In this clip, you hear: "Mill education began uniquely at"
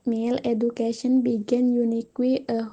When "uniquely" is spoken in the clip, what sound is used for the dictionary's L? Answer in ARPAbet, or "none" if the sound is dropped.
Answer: W